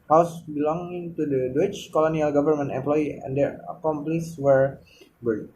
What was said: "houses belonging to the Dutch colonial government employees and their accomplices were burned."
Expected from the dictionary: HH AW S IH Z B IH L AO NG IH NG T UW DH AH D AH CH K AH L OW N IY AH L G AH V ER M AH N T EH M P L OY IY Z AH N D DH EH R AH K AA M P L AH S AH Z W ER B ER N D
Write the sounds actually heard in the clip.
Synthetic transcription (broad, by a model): HH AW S B IH L AO NG IH NG T UW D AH D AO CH K AH L OW N IY AH L G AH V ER M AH N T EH M P L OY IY AH N D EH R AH K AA M P L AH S W ER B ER